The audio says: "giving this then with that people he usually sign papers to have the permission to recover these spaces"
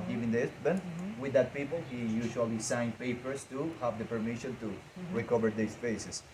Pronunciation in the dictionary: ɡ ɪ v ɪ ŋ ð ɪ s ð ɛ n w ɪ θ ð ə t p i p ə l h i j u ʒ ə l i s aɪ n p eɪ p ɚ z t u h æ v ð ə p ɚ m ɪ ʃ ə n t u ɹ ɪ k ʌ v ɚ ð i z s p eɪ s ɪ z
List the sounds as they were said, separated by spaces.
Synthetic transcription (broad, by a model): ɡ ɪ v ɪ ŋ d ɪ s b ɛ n w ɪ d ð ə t p i p ə l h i j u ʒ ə l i s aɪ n p eɪ p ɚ s t u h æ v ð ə p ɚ m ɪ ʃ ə n t u ɹ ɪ k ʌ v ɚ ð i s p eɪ s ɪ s